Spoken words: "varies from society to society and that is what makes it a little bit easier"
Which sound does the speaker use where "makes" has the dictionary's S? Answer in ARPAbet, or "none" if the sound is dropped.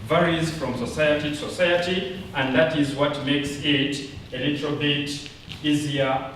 S